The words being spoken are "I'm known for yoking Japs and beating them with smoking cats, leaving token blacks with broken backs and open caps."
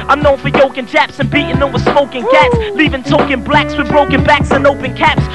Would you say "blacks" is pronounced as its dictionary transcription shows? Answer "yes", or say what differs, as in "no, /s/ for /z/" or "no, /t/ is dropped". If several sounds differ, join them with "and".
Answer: yes